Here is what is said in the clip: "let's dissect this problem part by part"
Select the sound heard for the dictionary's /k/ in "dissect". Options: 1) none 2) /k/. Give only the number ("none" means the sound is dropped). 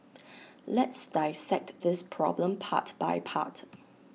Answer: 2